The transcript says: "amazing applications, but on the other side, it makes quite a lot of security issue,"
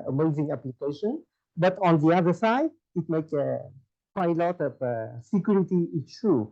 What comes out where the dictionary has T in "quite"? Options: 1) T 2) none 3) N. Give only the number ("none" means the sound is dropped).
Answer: 2